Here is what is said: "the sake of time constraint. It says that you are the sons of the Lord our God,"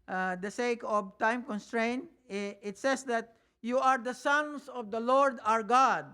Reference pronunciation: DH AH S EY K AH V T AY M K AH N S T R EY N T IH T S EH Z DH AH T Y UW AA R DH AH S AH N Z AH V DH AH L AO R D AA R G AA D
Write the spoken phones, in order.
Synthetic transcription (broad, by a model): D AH S EY K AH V T AY M K AH N S T R EY N T IH T S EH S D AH T Y UW AA R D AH S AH N S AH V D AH L AO R D AA R G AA D